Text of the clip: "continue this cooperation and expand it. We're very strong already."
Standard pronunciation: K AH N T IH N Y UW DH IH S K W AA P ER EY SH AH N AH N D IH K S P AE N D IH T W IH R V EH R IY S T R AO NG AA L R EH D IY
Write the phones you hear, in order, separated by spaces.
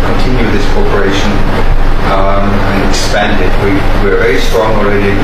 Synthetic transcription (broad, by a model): K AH N T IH N Y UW DH IH S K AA P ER EY SH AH N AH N IH K S P AE N D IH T W IH R V EH R IY S T R AO NG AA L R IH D